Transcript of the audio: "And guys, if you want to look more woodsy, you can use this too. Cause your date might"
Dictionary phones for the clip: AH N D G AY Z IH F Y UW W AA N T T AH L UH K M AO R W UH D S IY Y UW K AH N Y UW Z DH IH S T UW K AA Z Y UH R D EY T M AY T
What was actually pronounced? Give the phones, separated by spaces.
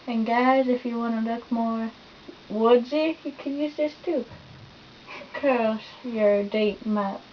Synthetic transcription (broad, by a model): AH N G AY Z IH F Y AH W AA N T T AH L UH K M AO R W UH D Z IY Y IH K AH N Y UW Z DH IH S T UW K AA S Y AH R D EY T M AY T